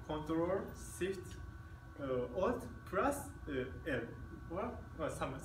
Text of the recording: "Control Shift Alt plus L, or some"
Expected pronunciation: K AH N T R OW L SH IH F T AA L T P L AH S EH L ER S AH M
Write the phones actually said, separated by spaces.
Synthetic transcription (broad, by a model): K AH N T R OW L S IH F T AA T P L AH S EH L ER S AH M